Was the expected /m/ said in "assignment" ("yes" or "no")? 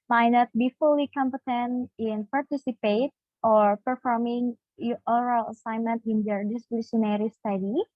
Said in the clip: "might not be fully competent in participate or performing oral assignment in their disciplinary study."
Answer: yes